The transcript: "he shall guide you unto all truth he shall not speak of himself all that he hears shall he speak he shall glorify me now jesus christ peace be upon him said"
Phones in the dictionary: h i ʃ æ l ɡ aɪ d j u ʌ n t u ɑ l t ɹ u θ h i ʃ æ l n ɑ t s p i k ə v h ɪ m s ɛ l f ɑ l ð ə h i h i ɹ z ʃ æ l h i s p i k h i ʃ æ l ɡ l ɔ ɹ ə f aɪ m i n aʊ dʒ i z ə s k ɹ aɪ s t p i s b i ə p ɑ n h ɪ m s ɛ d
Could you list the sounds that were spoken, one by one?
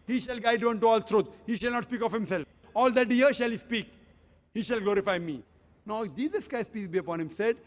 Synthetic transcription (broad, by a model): h i ʃ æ l ɡ aɪ d j u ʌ n t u ɑ l t ɹ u t h i ʃ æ l n ɑ t s p i k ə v h ɪ m s ɛ l f ɑ l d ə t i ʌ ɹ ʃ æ l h i s p i k h i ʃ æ l ɡ l ɔ ɹ ə f aɪ m i n aʊ dʒ i z ə s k aɪ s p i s b i ə p ɑ n h ɪ m s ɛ d